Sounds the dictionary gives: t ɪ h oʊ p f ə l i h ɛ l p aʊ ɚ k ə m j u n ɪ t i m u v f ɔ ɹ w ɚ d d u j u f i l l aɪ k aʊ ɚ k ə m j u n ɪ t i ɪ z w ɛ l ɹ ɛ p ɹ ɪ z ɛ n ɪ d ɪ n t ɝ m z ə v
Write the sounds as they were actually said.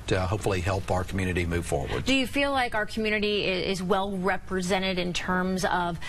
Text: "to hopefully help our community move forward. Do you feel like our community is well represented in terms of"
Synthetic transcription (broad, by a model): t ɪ h oʊ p f l i h ɛ l p aʊ ɚ k m j u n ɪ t i m u v f ɔ ɹ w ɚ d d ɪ j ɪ f i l l aɪ k aʊ ɚ k m j u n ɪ t i ɪ z w ɛ l ɹ ɛ p ɹ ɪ z ɛ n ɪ d ɪ n t ɝ m z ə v